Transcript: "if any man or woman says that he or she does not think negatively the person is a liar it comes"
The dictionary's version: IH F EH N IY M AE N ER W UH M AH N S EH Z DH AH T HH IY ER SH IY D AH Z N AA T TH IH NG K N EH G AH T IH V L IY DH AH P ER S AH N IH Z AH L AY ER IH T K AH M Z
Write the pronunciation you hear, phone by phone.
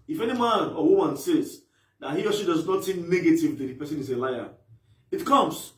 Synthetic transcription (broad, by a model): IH F EH N IY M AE N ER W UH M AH N S EH Z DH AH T HH IY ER S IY D AH Z N AA T S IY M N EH G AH T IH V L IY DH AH P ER S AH N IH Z AH L AY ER IH T K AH M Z